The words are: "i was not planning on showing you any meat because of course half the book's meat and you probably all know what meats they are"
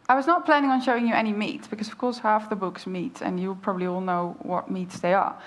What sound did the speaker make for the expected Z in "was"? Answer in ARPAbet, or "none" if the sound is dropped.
Z